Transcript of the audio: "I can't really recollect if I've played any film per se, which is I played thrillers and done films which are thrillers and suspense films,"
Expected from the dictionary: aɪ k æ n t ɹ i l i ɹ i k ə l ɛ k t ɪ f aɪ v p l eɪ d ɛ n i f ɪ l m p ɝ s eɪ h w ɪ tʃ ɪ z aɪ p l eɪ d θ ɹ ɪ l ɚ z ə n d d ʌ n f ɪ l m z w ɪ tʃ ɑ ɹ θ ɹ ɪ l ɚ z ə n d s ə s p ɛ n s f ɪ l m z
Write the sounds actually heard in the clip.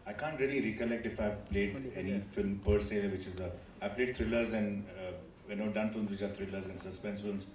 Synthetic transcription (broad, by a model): aɪ k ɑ n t ɹ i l i ɹ i k ə l ɛ k t ɪ f aɪ v p l eɪ d ɛ n i f ɪ l m p ɝ s eɪ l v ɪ tʃ ɪ z aɪ p l eɪ d t ɹ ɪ l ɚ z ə n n d ʌ n f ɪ l m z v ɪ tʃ ɑ ɹ t ɹ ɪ l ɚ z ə n s ə s p ɛ n s f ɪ l m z